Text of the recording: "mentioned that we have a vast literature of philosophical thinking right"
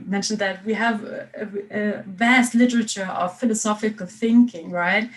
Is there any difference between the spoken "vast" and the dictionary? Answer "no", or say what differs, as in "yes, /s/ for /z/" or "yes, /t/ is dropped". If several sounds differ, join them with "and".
no